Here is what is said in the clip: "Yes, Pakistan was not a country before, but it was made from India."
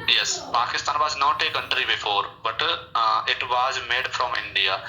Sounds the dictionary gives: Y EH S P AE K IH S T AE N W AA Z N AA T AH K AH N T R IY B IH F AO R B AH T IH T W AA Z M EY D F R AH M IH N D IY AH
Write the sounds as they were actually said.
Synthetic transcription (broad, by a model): Y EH S P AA K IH S T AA N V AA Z N AA T AH K AH N T R IY B IH F AO R B AH T IH T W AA Z M EY D F R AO M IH N D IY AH